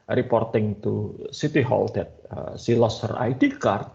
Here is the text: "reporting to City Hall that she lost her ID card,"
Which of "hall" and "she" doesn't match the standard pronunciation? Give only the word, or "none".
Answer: she